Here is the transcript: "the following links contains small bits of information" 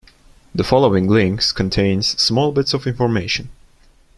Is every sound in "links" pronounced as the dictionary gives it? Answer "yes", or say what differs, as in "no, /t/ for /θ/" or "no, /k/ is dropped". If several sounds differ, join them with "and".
yes